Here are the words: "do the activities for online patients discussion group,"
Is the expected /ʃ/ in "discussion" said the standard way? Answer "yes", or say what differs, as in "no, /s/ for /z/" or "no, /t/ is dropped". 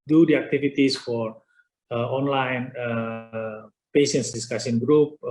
no, /s/ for /ʃ/